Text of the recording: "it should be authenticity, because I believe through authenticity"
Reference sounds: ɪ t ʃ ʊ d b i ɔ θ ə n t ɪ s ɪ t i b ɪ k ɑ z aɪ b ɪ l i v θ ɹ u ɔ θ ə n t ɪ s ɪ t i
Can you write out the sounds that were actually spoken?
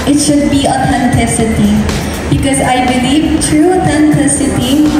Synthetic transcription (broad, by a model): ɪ t ʃ ʊ d b i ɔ t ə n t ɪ s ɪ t i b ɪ k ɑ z aɪ b ɪ l i v t ɹ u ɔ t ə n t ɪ s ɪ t i